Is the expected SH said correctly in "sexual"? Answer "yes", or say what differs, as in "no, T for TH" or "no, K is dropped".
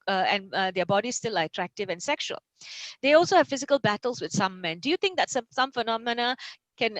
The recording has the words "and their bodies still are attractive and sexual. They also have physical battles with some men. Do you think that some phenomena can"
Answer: yes